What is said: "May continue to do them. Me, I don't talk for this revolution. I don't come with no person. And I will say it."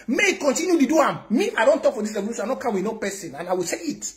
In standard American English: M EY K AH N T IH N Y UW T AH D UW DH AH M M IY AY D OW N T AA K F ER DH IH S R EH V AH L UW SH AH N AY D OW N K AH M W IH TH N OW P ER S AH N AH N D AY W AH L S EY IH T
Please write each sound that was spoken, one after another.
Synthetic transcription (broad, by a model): M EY K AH N T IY N Y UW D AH D UW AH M M IY AY D OW N T AA K F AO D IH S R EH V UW S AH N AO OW K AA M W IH N OW P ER S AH N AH N AY W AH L S EY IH T